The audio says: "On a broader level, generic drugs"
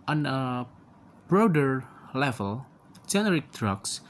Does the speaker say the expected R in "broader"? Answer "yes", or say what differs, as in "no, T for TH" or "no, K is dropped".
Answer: yes